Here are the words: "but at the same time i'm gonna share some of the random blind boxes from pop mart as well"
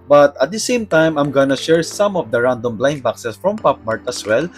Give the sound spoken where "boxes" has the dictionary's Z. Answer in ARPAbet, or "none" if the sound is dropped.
S